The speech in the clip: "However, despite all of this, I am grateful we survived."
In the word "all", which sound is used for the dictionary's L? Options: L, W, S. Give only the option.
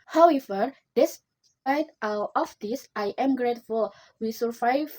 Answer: W